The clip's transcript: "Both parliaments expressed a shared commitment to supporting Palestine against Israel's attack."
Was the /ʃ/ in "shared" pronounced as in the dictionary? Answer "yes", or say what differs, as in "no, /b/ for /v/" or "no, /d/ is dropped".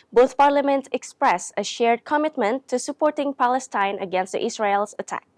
yes